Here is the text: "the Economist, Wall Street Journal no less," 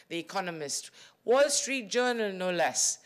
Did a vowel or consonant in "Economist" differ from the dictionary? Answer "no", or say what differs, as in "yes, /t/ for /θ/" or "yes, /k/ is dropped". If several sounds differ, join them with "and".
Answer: no